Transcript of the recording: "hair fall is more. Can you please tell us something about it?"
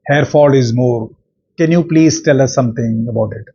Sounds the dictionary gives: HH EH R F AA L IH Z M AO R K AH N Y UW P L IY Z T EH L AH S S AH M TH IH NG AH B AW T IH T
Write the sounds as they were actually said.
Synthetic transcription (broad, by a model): HH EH R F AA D IH Z M AO R K AH N Y UW P L IY Z T EH L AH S S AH M T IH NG AH B AW T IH T